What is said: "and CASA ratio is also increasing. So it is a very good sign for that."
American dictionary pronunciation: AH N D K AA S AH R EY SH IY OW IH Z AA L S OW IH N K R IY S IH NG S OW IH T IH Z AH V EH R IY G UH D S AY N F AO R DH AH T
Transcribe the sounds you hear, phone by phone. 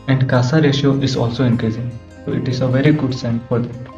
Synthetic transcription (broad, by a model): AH N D K AA S AH R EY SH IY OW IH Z AA L S OW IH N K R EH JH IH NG S OW IH T IH Z AH V EH R IY G UH D S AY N F AO R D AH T